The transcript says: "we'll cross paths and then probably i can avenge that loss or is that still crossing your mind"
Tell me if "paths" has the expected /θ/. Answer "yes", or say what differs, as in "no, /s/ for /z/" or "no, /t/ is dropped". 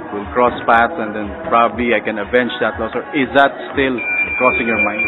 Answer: no, /t/ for /θ/